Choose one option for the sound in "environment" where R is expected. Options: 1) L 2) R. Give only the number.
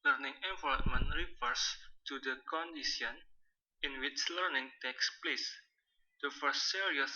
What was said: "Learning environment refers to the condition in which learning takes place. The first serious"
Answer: 1